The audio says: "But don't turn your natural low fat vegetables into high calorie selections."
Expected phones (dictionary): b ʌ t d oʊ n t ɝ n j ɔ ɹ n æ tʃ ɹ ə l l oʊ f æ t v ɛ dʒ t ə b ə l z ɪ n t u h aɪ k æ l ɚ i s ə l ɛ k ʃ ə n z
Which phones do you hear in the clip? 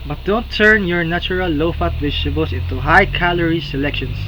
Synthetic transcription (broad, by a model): b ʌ t d oʊ n t ɝ n j ɔ ɹ n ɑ tʃ ɹ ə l l oʊ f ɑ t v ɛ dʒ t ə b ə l s ɪ n t u h aɪ k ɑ l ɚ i s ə l ɛ k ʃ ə n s